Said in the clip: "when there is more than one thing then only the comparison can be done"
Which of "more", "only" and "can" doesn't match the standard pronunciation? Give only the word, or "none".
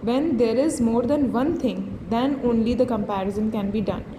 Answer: none